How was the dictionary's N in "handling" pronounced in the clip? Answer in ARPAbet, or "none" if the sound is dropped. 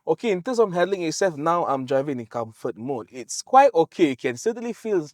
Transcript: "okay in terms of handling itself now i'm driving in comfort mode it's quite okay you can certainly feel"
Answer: none